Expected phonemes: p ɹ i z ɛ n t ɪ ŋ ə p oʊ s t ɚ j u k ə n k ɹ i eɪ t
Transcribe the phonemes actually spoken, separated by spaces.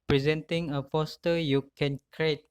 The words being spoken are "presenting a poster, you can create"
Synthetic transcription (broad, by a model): p ɹ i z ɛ n t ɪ ŋ ə f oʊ s t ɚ j u k ə n k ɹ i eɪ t